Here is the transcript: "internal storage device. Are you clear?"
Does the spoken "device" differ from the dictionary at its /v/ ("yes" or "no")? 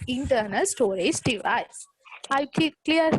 no